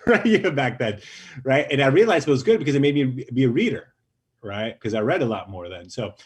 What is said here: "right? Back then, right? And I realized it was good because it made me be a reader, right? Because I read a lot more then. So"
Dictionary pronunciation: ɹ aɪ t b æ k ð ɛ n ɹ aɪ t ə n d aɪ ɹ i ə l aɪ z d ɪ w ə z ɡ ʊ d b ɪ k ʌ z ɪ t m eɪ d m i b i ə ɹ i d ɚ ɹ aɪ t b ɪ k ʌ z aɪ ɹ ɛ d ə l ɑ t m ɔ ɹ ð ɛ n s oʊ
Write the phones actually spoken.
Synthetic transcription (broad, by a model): ɹ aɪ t b æ k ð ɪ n ɹ aɪ t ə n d aɪ ɹ i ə l aɪ z ɪ w ə z ɡ ʊ d b ɪ k ʌ z ɪ t m eɪ d m i b i ə ɹ i d ɚ ɹ aɪ t k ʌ z aɪ ɹ ɛ d ə l ɑ t m ɔ ɹ ð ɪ n s oʊ